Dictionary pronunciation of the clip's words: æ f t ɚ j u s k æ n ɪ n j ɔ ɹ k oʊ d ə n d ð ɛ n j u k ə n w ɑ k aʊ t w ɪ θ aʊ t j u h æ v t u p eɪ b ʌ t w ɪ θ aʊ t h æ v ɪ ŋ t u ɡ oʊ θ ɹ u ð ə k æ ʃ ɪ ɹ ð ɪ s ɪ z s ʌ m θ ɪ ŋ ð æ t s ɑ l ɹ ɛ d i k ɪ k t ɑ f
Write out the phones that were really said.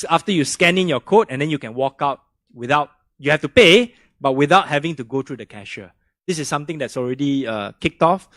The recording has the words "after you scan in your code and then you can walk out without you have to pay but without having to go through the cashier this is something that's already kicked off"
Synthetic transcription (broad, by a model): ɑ f t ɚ j u s k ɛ n ɪ n j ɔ k oʊ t ə n d ɛ n j u k ə n w ɑ k aʊ t w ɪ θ aʊ t j u h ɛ f t u p eɪ b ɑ t w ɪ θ aʊ t h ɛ v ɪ ŋ t u ɡ oʊ t ɹ u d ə k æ ʃ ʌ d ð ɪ s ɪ s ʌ m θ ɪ ŋ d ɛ t s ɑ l ɹ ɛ d i k ɪ k t ɑ f